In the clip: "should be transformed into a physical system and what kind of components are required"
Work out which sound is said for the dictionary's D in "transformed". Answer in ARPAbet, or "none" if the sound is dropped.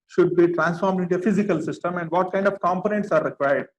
D